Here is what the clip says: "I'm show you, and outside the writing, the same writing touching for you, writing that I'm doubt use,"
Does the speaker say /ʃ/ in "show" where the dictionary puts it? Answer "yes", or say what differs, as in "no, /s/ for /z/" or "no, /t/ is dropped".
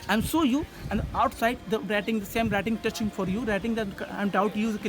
no, /s/ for /ʃ/